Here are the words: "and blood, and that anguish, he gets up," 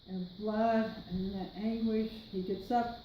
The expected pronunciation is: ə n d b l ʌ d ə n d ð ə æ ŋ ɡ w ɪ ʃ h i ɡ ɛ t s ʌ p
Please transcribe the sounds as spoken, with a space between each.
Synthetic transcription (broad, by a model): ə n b l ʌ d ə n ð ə æ ŋ ɡ w ɪ ʃ h i ɡ ɛ t s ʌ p